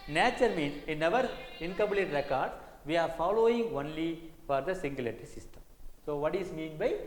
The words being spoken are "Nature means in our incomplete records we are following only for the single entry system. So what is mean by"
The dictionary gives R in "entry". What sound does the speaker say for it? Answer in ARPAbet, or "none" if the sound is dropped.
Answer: none